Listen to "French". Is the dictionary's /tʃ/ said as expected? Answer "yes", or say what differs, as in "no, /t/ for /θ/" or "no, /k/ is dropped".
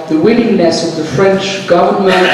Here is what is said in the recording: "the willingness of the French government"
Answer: yes